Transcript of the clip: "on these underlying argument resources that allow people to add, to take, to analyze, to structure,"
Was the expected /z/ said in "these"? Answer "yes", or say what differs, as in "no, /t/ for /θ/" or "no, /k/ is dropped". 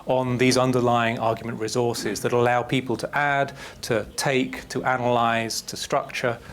yes